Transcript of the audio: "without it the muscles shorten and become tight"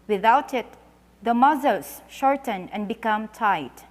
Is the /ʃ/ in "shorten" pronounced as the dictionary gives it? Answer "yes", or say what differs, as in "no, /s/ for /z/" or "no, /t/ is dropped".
yes